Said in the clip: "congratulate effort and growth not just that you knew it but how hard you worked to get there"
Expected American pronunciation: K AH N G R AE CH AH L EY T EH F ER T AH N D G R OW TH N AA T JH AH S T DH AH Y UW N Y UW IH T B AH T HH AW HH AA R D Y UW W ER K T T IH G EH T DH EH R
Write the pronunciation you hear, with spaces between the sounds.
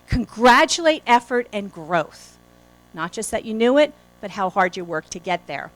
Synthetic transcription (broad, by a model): K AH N G R AE CH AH L EY T EH F ER T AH N G R OW TH N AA T JH AH S T DH AH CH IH N Y UW IH T B AH T HH AW HH AA R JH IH W ER K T T IH G EH T DH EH R